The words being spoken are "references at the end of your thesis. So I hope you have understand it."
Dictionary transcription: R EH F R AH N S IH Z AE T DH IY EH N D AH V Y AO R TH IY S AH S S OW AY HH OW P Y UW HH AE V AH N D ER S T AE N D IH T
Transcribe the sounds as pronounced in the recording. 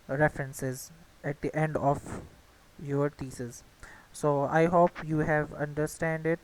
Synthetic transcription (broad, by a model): R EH F R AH N S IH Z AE T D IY EH N D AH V Y AO R T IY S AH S S OW AY HH OW P Y UW HH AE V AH N D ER S T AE N D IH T